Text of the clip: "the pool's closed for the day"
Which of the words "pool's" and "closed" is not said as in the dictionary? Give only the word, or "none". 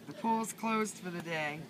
pool's